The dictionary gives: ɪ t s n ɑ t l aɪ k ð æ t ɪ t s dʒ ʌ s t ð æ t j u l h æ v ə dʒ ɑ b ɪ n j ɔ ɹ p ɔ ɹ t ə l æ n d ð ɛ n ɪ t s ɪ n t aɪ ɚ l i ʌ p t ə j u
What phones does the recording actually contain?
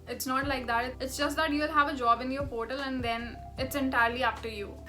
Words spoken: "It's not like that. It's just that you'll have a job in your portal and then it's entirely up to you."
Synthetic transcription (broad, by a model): ɪ t s n ɑ t l aɪ k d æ t ɪ t s dʒ ʌ s t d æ t j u l h æ v ə dʒ ɑ b ɪ n j ɔ ɹ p ɔ ɹ t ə l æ n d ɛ n ɪ t s ɪ n t aɪ ɚ l i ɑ f t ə j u